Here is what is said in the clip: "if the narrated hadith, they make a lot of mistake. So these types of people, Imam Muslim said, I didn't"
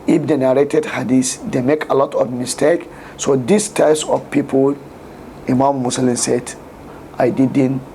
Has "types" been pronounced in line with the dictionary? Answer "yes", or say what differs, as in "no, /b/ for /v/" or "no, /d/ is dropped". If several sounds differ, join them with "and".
yes